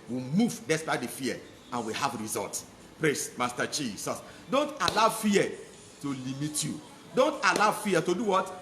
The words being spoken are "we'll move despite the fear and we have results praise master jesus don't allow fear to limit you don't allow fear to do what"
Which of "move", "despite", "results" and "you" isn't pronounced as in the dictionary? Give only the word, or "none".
results